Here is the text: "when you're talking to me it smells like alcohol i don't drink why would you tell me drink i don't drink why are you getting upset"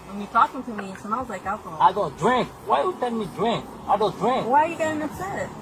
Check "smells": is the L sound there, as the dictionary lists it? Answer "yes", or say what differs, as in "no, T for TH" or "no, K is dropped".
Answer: no, W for L